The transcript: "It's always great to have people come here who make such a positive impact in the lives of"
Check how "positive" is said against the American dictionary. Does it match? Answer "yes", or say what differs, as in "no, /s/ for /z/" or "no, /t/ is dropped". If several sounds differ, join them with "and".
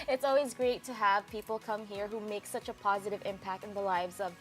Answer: yes